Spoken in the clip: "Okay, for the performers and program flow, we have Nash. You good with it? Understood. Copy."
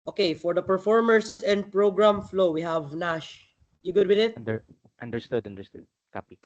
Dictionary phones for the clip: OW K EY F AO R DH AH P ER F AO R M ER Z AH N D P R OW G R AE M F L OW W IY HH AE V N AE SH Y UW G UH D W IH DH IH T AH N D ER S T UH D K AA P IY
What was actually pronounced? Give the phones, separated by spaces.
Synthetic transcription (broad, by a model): OW K EY F AO R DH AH P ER F AO R M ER S AH N D P R OW G R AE M F L OW W IY HH AE V N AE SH Y UW G UH D W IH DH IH T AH N D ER S T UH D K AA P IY